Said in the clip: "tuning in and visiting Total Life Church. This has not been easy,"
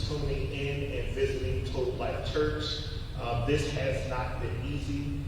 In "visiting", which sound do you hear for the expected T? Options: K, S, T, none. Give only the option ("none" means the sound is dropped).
T